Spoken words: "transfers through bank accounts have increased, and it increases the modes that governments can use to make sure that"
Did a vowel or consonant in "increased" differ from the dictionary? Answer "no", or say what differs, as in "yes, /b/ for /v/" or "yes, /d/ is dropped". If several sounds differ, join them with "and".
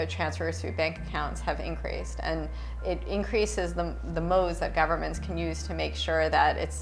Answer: no